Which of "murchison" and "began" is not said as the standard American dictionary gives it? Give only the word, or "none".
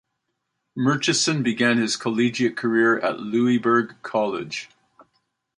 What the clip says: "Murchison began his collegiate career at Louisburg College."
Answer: none